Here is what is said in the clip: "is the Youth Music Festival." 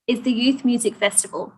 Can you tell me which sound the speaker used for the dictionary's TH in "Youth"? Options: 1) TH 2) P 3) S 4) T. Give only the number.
1